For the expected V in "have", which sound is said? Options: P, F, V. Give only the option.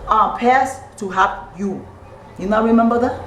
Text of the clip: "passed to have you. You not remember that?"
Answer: P